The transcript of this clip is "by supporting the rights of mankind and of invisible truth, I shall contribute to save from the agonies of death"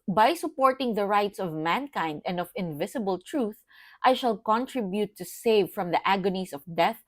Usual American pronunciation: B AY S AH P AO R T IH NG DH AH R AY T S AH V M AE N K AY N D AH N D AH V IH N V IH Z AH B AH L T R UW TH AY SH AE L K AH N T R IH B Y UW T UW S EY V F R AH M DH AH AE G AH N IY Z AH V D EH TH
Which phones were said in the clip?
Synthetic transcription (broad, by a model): B AY S AH P AO R T IH NG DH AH R AY T S AH V M AE N K AY N D AH N D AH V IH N V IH S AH B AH L T R UW TH AY SH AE L K AH N T R IH B Y UW T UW S EY V F R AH M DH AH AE G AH N IY S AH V D EH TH